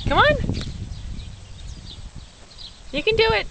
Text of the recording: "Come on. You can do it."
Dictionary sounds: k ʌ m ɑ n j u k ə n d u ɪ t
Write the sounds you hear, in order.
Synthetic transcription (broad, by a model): k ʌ m ɑ n j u k ə n d u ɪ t